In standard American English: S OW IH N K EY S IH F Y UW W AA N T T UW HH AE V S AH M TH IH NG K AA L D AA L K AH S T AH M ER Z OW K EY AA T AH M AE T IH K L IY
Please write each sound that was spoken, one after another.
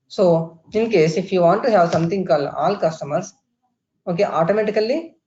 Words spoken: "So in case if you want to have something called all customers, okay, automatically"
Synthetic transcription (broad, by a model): S OW IH N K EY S IH F Y UW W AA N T T UW HH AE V S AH M T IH NG K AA L AA L K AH S T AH M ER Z OW K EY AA T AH M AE T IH K L IY